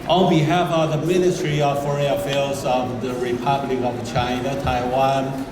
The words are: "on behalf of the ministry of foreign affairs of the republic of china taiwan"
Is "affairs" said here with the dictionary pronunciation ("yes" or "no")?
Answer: no